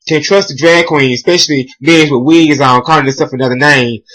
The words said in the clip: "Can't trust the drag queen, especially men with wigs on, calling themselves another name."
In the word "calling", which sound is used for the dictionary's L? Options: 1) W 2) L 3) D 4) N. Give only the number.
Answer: 4